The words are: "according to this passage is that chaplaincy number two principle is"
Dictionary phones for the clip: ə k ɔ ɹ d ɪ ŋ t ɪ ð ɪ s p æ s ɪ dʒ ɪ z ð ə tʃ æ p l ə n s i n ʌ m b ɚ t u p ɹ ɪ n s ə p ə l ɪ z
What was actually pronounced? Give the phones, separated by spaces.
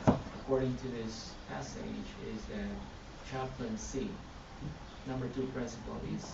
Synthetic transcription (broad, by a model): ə k ɔ ɹ d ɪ ŋ t ɪ ð ɪ s p æ s ɪ dʒ ɪ z ð ə tʃ æ p l ə n s i n ʌ m b ɚ t u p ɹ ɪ n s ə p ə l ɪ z